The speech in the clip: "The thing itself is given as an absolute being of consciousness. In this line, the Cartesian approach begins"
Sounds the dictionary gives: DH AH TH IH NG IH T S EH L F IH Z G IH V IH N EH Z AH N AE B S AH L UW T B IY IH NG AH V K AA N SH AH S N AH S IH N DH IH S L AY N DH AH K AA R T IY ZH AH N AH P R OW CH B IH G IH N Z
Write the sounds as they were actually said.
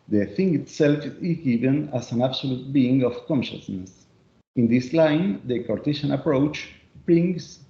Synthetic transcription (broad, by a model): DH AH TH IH NG IH T S EH L F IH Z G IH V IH N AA S AH N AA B S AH L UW T B IY IH NG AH F K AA N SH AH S N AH S IH N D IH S L AY N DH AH K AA R T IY SH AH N AH P R OW CH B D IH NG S